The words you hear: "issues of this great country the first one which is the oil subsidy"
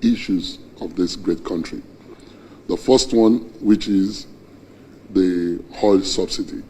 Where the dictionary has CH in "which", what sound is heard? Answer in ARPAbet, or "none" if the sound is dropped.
CH